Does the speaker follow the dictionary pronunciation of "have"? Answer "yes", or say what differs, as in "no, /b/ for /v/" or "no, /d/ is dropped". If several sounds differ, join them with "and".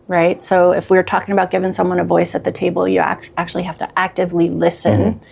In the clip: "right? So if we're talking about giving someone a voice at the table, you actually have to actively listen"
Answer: no, /f/ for /v/